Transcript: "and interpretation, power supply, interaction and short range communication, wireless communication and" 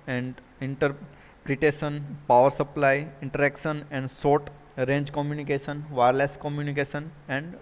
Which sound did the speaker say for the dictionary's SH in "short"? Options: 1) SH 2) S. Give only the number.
2